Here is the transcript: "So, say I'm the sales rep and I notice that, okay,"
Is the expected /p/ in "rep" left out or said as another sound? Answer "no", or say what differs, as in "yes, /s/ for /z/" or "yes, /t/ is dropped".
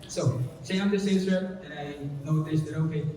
yes, /p/ is dropped